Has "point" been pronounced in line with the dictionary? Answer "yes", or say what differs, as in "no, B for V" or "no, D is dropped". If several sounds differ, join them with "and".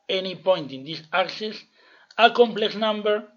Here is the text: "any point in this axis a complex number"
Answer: yes